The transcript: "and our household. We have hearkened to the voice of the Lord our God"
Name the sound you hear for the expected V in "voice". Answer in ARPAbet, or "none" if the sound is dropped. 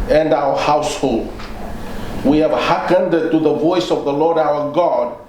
V